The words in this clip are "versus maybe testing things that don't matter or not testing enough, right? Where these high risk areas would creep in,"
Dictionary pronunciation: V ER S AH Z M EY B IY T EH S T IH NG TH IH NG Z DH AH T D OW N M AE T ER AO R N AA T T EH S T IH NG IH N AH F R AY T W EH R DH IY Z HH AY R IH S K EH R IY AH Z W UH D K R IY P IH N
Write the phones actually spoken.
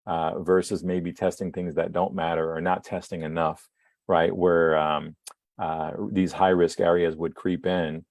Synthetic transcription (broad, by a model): V ER S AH Z M EY B IY T EH S T IH NG TH IH NG Z DH AH T D OW N M AE T ER R N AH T T EH S T IH NG IH N AH F R AY T W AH R DH IY Z HH AY R IH S K EH R IY AH Z W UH D K R IY P IH N